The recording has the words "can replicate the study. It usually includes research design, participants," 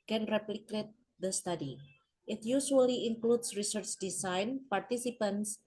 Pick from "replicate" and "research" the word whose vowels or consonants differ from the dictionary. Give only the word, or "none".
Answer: none